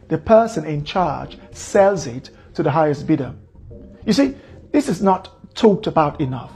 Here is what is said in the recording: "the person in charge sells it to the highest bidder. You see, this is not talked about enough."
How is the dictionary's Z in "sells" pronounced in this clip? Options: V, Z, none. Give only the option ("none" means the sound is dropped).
Z